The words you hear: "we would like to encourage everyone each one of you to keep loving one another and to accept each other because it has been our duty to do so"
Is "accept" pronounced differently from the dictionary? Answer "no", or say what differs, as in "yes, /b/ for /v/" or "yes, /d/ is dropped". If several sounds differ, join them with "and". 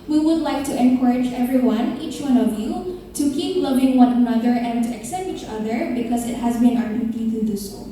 no